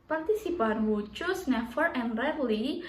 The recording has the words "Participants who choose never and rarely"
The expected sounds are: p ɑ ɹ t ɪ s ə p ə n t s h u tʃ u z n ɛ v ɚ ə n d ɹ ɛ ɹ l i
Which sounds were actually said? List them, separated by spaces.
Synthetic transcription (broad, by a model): p ɑ ɹ t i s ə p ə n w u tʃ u s n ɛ f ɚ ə n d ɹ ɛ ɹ l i